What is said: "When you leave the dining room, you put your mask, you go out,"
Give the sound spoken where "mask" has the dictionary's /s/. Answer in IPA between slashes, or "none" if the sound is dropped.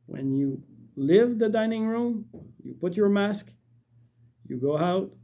/s/